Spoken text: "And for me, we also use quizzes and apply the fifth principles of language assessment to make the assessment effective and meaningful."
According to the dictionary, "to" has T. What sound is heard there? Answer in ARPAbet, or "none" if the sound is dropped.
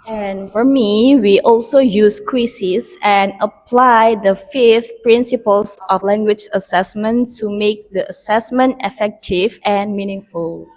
S